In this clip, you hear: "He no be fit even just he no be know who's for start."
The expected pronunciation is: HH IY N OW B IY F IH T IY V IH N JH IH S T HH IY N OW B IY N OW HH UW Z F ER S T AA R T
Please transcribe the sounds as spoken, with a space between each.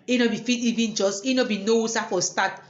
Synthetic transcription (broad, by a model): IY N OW B IY F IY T IY V IH N JH IH S T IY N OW B IY N OW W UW S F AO S T AA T